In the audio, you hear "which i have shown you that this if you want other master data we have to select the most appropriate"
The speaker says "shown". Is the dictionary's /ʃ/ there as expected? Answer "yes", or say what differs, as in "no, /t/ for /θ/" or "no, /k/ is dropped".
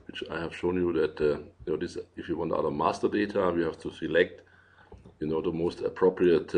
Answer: yes